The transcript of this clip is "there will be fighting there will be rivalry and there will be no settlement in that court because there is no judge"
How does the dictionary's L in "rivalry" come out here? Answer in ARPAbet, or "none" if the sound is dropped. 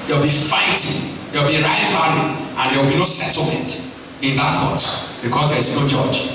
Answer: none